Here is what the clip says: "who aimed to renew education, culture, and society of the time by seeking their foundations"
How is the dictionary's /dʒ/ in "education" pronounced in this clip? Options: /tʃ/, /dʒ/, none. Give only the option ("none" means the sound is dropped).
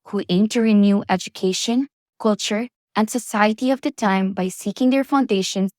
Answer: /dʒ/